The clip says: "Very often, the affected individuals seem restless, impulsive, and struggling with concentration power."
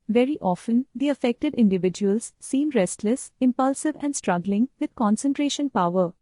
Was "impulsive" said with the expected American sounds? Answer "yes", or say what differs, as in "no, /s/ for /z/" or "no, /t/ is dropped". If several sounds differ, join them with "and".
yes